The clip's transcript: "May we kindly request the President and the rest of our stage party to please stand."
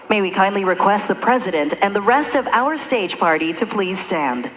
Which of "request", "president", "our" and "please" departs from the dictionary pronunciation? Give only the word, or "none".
none